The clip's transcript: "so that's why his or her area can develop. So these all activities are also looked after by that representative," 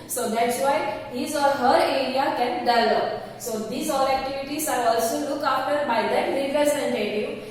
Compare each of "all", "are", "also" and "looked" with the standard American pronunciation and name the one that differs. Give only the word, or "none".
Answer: looked